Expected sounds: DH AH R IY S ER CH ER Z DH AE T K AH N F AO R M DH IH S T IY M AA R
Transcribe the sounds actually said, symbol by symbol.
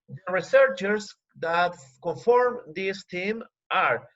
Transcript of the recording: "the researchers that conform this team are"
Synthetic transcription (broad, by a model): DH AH R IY S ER CH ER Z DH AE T K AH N F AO R M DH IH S T IY M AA R